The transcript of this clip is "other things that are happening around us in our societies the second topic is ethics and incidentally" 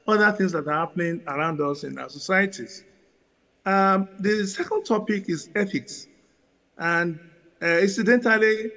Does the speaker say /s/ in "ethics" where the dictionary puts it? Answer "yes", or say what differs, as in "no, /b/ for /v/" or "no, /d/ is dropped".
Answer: yes